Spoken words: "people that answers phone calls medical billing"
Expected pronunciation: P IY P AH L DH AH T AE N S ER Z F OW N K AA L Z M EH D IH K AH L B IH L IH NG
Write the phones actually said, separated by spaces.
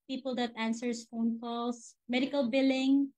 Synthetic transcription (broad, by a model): P IY P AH L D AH T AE N S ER S F OW N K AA L S M EH D IH K AH L B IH L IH NG